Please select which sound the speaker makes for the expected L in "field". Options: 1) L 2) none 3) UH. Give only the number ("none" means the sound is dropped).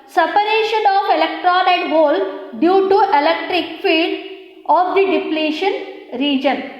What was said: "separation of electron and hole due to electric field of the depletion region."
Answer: 2